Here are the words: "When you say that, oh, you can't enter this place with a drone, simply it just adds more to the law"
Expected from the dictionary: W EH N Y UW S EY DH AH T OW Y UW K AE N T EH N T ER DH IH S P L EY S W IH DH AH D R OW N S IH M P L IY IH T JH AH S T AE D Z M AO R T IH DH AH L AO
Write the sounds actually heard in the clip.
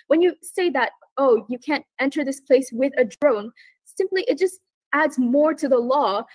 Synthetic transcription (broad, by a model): W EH N Y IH S EY DH AH T OW Y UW K AE N T EH N T ER DH IH S P L EY S W IH DH AH D R OW N S IH M P L IY IH T JH AH S T AE D Z M AO R T IH DH AH L AO